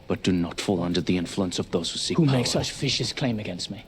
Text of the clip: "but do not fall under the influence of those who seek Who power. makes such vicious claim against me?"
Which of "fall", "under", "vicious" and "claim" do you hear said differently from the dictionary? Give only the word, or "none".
vicious